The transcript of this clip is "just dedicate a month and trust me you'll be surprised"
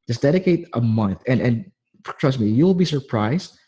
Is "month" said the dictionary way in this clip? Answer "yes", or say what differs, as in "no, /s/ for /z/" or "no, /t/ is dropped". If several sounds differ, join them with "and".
yes